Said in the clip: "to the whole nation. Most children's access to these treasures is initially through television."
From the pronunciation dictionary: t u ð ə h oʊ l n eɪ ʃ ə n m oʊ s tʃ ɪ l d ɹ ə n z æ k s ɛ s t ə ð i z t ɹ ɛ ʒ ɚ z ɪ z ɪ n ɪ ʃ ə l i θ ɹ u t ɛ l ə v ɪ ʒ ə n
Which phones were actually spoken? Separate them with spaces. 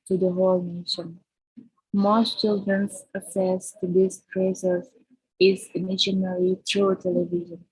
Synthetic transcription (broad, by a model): t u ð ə h oʊ l n eɪ ʃ ə n m oʊ s tʃ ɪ l d ɹ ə n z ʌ s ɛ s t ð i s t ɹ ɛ s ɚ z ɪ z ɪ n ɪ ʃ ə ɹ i t ɹ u t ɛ l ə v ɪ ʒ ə n